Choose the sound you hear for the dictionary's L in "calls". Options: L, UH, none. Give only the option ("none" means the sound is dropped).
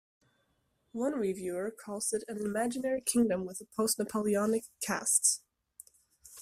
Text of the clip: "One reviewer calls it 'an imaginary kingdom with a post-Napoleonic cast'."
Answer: none